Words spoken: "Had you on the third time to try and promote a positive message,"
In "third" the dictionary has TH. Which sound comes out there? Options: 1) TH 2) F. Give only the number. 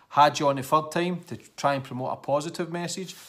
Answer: 2